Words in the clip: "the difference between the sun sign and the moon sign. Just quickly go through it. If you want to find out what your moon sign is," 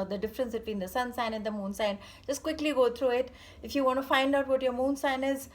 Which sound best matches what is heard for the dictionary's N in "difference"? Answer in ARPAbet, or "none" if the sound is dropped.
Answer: N